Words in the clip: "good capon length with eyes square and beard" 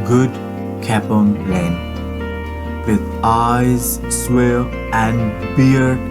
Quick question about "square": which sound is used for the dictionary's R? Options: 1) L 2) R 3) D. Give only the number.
1